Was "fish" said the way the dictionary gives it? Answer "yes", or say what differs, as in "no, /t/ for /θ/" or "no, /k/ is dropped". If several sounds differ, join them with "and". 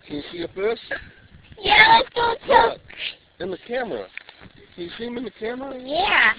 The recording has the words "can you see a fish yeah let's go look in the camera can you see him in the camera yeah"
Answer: no, /s/ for /ʃ/